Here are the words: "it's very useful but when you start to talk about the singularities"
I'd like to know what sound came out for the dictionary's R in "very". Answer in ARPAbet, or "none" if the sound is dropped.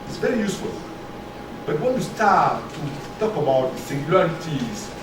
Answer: R